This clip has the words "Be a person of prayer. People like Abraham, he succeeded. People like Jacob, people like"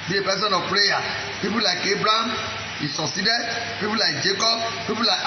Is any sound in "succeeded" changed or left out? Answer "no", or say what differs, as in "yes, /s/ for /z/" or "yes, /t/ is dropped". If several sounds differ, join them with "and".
yes, /k/ is dropped